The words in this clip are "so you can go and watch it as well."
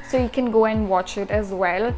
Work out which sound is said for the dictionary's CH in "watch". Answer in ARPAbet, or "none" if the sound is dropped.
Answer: CH